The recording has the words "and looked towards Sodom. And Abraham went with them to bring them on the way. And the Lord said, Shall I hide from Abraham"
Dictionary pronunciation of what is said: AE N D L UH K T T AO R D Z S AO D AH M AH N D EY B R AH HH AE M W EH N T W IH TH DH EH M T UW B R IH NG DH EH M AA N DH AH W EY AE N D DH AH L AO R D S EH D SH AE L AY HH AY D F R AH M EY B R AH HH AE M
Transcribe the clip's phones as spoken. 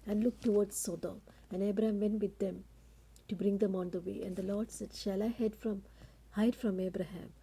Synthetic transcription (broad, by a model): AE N D L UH K T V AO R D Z S AO D AH M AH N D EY B R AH HH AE M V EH N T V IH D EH M T UW B R IH NG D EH M AA N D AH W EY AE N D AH L AO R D S EH D SH AE L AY HH AY D F R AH M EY B R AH HH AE M